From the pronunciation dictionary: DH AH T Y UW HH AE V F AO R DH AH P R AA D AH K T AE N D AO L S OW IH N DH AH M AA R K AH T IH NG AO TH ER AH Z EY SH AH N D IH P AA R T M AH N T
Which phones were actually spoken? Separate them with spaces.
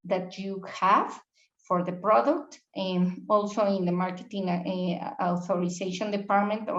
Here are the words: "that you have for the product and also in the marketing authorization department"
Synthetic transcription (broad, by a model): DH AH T Y UW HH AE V F AO R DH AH P R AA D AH K T AO L S OW IH N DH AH M AA R K AH T IH NG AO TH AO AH S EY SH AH N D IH P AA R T M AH N T